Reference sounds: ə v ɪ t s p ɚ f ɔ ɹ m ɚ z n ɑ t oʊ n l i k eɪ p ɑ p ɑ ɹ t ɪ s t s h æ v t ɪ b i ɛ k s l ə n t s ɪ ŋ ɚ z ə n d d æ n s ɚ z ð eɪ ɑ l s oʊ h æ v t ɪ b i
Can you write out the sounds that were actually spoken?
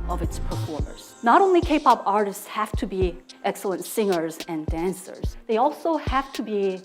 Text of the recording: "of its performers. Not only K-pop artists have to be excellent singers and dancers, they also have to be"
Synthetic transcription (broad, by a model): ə v ɪ t s p ɚ f ɔ ɹ m ɚ z n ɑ t oʊ n l i k eɪ p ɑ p ɑ ɹ t ɪ s t s h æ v t ɪ b i ɛ k s l ə n t s ɪ ŋ ɚ z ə n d d æ n s ɚ z ð eɪ ɑ l s oʊ h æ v t ɪ b i